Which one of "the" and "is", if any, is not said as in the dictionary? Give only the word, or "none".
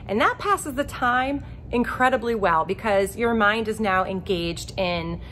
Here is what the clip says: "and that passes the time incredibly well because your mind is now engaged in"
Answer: none